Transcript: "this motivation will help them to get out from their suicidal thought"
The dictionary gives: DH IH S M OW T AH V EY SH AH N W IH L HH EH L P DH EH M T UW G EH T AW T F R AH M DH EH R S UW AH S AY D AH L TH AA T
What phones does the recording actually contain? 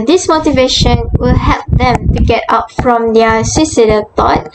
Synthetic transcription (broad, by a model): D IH S M OW T AH V EY SH AH N W IH L HH EH L P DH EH M T UW G EH T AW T F R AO M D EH S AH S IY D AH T AA T